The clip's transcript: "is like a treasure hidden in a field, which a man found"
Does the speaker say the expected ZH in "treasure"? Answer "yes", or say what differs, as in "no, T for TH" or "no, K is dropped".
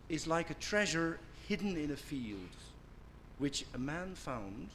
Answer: yes